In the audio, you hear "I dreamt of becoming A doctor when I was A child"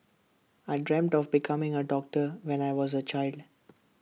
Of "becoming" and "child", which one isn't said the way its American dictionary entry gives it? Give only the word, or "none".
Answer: none